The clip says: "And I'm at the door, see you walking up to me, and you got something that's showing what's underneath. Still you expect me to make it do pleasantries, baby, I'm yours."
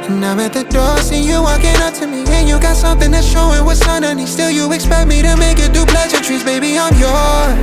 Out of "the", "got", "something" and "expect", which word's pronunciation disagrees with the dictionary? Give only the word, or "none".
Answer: none